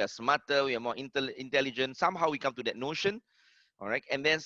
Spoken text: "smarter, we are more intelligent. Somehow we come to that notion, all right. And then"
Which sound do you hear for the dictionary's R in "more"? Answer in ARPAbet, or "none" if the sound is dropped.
L